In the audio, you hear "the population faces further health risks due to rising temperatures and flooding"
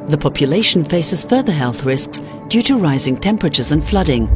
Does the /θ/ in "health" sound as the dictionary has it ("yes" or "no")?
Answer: yes